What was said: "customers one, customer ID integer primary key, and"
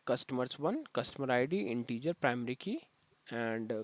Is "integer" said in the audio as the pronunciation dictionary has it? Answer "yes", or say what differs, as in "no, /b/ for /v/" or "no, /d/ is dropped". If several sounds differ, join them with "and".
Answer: yes